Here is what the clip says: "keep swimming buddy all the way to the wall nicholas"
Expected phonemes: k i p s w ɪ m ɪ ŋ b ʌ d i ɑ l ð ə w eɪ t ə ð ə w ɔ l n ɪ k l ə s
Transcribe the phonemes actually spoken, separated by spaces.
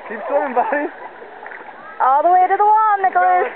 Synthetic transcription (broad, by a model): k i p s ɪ ɪ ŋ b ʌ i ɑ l ð ə w eɪ t ə ð ə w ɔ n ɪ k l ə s